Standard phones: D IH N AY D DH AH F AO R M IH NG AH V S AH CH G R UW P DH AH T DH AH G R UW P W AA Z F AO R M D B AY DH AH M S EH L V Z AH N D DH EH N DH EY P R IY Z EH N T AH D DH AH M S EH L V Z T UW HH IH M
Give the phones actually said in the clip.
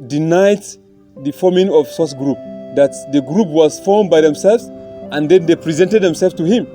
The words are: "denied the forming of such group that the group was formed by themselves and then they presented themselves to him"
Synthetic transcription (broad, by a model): D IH N AY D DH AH F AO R M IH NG AH V S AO S G R UW P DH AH T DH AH G R UW P W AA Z F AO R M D B AY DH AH M S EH L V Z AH N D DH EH N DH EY P R IY Z EH N T AH D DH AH M S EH L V T UW HH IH M